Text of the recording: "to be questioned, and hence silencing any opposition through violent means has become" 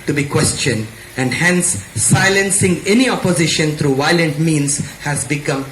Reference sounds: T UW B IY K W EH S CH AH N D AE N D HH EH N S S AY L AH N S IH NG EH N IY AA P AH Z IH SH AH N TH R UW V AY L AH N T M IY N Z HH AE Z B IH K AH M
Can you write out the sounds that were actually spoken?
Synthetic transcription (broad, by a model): T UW B IY K W EH S CH AH N D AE N D HH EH N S S AY L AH N S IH NG EH N IY AA P AH Z IH SH AH N T R UW V AY L AH N T M IY N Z HH AE Z B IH K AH M